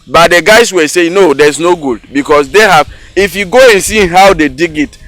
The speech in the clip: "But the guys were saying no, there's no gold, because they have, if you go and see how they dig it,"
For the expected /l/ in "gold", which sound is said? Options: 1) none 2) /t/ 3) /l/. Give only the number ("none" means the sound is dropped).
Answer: 1